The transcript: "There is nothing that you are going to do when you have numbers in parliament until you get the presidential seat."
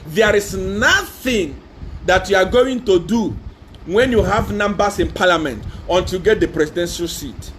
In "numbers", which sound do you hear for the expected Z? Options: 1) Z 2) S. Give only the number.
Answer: 2